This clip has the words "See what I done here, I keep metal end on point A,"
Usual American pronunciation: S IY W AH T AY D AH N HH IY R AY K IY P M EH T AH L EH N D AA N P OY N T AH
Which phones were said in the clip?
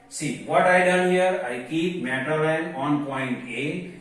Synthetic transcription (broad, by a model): S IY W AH T AY D AH N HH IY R AY K IY P M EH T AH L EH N AA N P OY N T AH